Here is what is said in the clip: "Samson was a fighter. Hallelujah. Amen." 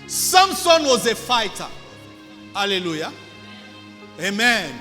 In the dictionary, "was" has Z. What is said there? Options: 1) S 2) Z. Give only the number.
2